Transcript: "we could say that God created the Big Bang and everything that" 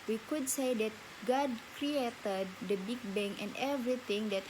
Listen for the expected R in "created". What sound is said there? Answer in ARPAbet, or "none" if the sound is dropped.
R